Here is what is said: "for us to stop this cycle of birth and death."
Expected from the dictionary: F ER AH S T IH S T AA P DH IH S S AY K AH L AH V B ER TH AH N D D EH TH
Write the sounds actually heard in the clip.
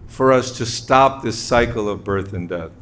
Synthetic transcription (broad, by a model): F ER AH S T IH S T AA P DH IH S S AY K L AH V B ER TH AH N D D EH TH